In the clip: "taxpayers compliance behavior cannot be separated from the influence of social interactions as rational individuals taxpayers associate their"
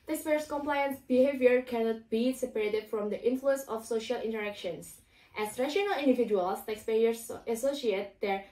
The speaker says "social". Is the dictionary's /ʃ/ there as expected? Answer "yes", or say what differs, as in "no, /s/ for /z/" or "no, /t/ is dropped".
yes